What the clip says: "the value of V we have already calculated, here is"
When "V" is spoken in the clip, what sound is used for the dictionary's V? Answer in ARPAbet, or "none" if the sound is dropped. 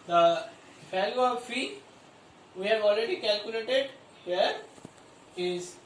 F